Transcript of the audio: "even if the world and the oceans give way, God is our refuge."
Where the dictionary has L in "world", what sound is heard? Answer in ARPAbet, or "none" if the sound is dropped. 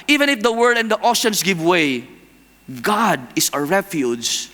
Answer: none